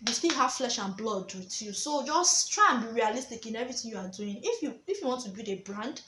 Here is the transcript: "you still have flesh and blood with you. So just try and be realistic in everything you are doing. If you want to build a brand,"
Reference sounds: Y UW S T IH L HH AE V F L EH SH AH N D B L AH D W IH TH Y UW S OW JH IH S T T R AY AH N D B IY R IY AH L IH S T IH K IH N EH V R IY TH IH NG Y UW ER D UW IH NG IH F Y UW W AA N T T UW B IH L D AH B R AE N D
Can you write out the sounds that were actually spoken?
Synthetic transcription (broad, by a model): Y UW S T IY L HH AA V F L EH SH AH N B L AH D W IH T Y UW S OW JH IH S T T R AY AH N B IY R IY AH L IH S T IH K IH N EH V R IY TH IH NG Y UW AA D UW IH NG IH F Y UW W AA N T T UW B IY D AH B R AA N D